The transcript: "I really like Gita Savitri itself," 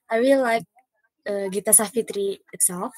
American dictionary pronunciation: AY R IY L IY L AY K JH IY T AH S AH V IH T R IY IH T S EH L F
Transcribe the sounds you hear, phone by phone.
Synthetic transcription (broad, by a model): AY W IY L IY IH K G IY T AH S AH F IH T R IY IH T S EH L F